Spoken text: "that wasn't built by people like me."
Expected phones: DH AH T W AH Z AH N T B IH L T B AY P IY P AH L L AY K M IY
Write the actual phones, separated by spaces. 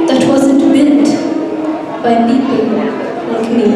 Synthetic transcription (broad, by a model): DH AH T W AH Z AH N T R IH N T B AY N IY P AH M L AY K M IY